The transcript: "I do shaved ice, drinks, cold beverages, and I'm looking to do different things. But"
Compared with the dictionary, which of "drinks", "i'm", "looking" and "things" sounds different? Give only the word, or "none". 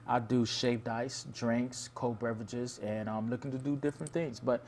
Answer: none